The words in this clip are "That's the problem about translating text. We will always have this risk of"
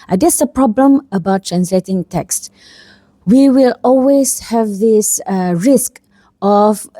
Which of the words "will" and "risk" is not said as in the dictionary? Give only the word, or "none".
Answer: none